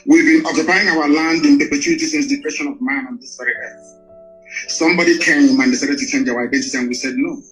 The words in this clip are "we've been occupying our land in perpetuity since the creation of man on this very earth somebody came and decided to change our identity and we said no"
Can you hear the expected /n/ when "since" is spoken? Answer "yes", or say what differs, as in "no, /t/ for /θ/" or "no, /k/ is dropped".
yes